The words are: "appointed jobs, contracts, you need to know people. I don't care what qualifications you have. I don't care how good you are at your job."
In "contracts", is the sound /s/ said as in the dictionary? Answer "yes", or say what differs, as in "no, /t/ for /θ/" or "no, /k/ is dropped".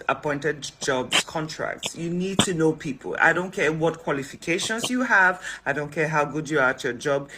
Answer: yes